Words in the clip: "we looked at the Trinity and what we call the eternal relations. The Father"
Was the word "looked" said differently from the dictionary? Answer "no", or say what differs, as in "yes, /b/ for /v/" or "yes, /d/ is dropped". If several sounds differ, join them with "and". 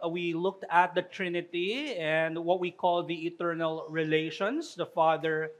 no